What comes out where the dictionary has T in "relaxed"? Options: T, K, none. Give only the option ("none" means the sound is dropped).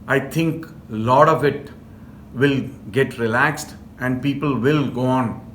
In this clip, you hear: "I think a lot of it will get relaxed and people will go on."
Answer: T